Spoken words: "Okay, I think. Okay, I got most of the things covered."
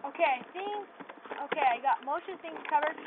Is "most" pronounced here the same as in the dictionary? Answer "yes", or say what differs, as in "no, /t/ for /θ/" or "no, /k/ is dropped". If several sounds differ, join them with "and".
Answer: no, /ʃ/ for /s/